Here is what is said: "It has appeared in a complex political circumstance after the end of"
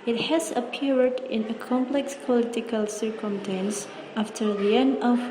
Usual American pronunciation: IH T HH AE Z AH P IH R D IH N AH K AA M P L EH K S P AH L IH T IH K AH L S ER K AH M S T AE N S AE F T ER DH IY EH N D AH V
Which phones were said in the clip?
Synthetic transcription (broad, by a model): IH T HH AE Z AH P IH R D IH N AH K AA M P L EH K S P AH L IH T IH K AH L S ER K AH M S T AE N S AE F T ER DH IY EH N AH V